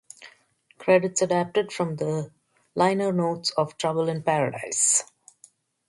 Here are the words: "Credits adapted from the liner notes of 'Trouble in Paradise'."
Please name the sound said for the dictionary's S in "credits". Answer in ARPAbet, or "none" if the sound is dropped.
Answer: S